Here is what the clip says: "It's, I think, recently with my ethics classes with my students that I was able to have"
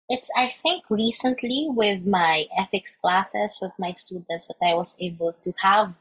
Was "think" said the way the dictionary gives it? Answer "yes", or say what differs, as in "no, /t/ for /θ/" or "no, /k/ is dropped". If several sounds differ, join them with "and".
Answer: yes